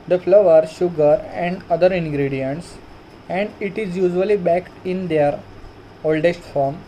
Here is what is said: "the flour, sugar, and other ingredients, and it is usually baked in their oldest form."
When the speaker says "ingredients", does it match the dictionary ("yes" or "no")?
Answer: yes